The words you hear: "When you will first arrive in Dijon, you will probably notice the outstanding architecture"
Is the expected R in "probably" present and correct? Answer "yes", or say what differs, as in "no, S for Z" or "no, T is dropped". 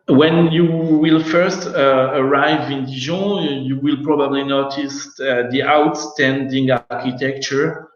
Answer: yes